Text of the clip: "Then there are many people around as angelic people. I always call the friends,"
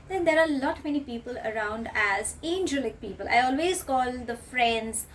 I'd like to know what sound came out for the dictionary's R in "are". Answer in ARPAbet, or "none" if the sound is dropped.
L